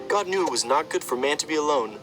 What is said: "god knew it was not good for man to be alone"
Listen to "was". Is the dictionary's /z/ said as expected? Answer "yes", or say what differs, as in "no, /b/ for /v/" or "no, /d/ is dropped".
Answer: yes